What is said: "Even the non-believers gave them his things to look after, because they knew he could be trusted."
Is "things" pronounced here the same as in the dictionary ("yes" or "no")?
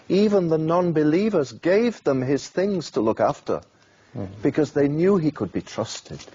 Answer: yes